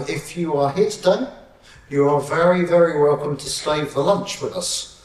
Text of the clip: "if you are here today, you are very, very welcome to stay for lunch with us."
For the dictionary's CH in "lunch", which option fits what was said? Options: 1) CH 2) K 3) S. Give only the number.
1